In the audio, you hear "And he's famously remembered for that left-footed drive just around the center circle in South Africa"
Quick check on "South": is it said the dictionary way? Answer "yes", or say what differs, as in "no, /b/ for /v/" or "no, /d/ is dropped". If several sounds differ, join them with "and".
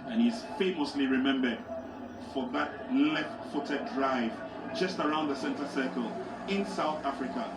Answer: yes